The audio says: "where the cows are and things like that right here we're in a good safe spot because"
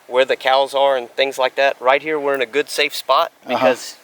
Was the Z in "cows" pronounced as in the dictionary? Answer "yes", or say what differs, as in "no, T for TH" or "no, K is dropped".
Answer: yes